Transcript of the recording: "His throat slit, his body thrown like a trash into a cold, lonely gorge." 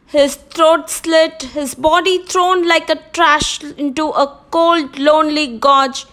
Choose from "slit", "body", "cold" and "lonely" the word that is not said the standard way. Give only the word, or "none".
none